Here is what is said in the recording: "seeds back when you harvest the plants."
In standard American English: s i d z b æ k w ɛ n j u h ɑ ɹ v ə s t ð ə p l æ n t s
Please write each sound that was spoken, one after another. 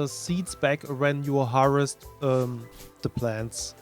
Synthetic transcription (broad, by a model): s i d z b æ k w ɛ n j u h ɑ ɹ ə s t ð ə p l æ n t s